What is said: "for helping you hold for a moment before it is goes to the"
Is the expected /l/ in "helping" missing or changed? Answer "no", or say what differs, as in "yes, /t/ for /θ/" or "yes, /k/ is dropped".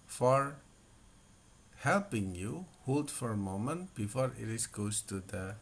no